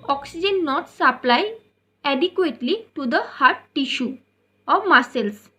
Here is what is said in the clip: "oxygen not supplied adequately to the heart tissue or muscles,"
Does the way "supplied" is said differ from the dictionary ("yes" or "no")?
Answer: yes